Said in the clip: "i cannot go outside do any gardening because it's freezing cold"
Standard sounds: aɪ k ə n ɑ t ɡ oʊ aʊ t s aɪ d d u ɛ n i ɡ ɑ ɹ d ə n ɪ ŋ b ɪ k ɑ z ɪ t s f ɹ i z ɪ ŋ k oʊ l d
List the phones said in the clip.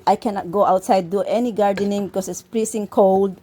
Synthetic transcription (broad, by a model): aɪ k ə n ɑ t ɡ oʊ aʊ t s aɪ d d u ɛ n i ɡ ɑ ɹ d ə n ɪ ŋ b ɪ k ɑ s ɪ t s p ɹ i s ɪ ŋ k oʊ l d